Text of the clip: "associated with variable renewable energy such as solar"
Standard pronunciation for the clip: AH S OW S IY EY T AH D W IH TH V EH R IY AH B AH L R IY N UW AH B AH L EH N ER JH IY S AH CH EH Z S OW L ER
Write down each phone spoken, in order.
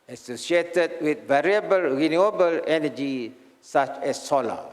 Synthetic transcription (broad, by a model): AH S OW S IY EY T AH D W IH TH V EH R IY AH B AH L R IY N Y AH B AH L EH N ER JH IY S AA CH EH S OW L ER